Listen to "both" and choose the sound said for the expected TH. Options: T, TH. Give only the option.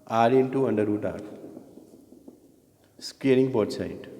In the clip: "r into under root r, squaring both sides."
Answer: T